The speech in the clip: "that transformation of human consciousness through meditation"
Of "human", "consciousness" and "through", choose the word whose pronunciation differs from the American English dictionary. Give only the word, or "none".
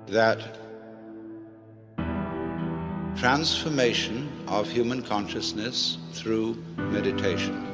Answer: none